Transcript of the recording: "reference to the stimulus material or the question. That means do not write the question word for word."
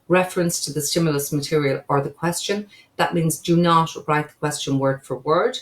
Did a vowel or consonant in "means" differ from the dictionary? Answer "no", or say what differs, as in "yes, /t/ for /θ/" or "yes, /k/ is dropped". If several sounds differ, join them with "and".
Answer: no